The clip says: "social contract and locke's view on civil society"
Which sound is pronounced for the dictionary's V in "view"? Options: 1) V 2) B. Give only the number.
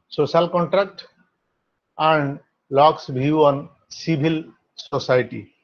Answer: 2